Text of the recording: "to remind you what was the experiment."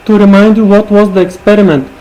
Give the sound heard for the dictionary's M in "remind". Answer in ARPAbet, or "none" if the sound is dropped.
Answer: M